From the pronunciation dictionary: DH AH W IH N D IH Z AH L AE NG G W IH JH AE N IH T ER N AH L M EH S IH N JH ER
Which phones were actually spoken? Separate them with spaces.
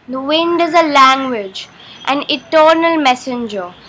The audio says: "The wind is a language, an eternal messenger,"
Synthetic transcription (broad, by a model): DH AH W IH N D IH Z AH L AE NG G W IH JH AE N IH T ER N AH L M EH S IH N JH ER